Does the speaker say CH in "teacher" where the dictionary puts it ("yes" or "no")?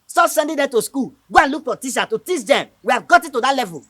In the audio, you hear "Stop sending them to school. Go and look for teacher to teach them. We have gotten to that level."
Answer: no